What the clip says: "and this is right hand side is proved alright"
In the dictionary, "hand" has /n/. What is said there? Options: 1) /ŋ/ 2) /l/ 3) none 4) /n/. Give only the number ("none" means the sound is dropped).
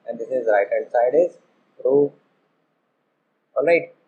3